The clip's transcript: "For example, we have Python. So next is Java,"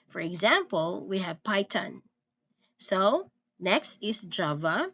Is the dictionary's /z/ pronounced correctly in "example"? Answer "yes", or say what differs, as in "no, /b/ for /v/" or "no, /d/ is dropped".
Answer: yes